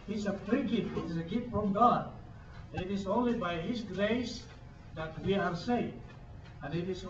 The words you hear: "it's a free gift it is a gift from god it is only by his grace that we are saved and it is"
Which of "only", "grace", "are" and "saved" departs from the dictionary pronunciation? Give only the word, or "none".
saved